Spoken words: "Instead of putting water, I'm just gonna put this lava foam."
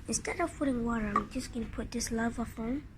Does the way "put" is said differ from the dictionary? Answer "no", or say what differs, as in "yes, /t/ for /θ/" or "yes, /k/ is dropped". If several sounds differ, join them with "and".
no